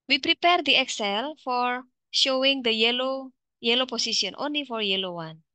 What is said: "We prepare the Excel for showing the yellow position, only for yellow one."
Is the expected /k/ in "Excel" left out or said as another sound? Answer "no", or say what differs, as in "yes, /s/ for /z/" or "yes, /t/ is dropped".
no